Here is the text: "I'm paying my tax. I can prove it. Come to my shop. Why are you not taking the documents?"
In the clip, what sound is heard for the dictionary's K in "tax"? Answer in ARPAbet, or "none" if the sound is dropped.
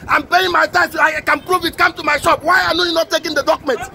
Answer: none